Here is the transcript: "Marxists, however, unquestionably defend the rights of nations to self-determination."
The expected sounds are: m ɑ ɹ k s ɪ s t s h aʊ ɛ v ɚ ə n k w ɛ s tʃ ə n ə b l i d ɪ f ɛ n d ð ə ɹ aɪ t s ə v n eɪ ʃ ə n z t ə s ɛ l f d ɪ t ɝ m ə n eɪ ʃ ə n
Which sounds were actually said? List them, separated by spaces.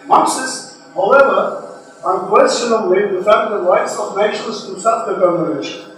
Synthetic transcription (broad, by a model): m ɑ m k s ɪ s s h aʊ ɛ v ɚ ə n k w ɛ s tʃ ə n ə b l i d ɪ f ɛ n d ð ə ɹ aɪ t s ə v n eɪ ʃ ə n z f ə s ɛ f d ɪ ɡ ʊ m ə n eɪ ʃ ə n